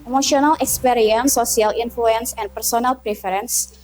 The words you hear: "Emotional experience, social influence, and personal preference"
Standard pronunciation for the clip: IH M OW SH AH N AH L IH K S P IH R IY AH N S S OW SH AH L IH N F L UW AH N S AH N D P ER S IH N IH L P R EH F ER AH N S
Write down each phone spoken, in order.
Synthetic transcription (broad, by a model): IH M OW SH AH N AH L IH K S P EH R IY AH N S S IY AH L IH N F L UW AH N S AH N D P ER S IH N IH L P R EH F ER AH N S